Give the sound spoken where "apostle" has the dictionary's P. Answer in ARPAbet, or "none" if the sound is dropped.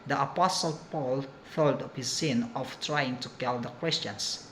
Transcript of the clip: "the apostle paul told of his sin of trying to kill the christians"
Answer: P